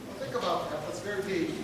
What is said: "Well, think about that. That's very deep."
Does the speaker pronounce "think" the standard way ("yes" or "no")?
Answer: yes